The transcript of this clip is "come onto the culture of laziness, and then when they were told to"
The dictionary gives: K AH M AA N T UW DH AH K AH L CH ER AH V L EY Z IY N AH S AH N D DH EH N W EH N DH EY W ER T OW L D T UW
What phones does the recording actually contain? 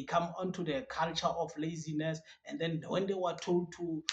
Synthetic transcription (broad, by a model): K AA M AA N T UW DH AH K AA L CH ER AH F L EY Z IY N AH S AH N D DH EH N W EH N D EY W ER T OW L D T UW